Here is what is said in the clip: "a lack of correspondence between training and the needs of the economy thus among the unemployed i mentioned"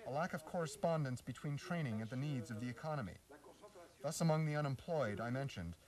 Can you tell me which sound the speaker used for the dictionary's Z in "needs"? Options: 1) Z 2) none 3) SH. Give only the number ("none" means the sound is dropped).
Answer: 1